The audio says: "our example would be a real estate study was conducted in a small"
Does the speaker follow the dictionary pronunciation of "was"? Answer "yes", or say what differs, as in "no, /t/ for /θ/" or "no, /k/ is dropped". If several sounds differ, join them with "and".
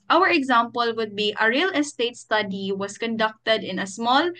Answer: no, /s/ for /z/